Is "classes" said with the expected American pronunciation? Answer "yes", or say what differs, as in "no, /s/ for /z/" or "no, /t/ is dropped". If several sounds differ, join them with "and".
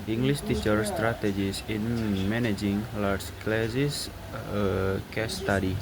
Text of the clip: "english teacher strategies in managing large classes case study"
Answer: no, /s/ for /z/